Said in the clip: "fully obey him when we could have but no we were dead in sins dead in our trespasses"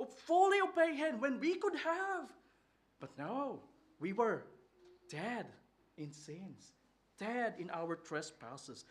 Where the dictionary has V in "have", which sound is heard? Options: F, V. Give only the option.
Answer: V